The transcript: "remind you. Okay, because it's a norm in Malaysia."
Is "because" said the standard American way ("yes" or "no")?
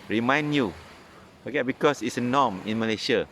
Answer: no